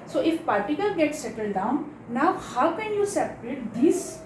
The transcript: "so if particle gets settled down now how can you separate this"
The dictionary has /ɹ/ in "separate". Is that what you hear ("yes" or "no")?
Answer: yes